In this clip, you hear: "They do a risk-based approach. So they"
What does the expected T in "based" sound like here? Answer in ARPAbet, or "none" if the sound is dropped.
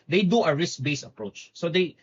none